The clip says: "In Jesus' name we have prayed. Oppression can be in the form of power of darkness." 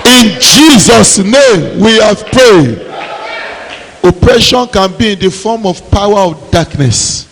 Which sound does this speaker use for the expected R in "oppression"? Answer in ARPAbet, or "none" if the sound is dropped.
R